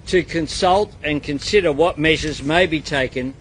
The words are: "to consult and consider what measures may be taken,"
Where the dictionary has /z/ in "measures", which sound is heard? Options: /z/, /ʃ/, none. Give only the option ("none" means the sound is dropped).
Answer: /z/